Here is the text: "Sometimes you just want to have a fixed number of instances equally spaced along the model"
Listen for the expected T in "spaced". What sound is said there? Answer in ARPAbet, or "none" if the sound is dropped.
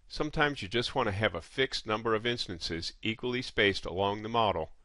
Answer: T